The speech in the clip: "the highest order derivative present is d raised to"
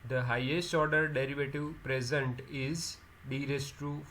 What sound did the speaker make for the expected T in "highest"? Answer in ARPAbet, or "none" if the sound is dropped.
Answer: T